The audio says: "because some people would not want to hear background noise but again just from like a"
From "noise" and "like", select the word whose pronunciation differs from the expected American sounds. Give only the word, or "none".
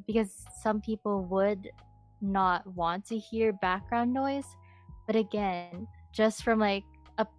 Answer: none